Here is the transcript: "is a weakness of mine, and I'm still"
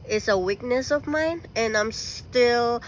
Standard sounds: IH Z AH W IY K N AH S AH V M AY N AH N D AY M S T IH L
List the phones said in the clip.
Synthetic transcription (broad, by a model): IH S AH W IY K N AH S AH V M AY N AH N AY M S T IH L